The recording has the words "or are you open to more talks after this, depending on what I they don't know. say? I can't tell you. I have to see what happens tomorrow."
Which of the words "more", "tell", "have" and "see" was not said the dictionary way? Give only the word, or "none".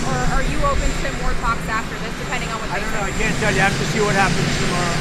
have